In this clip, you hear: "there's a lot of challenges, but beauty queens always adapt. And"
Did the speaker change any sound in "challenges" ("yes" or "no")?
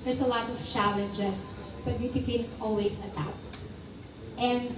yes